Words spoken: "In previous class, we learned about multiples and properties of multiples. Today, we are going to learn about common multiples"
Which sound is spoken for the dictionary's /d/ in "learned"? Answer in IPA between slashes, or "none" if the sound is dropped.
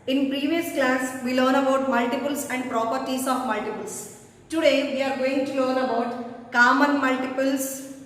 none